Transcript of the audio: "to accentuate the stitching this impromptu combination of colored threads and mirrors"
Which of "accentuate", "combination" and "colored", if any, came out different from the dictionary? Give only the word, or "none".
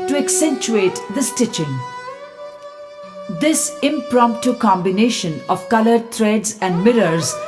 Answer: none